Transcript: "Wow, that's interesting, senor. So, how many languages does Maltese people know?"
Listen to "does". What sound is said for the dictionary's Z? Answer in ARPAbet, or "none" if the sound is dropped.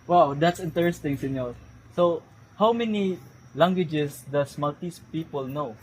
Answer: S